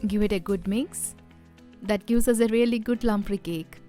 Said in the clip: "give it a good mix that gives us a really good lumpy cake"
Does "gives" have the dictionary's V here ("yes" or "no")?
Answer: no